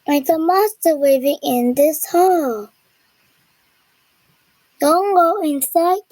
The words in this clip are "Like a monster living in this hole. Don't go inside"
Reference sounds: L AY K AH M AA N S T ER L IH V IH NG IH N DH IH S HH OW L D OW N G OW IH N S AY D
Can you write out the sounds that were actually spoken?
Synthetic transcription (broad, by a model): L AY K AH M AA S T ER W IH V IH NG IH N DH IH S HH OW L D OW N G OW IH N S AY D